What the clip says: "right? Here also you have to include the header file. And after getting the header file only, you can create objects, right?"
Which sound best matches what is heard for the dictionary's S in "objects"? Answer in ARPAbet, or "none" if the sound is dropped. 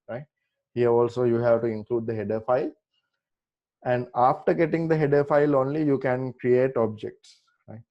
S